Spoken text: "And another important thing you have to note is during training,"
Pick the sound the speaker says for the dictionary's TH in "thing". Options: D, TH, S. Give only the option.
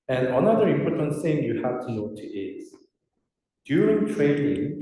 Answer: S